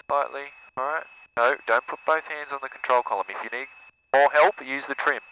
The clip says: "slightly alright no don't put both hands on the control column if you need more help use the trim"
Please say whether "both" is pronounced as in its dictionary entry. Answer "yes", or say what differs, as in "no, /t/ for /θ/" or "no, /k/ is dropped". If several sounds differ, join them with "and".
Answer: yes